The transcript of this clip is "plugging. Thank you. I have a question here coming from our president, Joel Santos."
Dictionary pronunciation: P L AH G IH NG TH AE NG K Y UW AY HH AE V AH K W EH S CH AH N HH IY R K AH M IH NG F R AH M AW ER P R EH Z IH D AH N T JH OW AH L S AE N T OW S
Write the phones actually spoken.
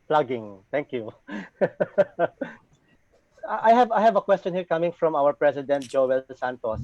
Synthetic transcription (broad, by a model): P L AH G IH NG T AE NG K Y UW AY HH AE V AH K W EH S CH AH N HH IY R K AH M IH NG F R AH M AW ER P R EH S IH D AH N T JH OW AH L S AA N T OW S